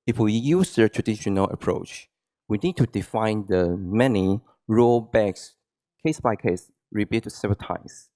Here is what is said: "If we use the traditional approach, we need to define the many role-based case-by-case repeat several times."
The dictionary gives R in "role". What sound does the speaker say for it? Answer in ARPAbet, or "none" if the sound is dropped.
R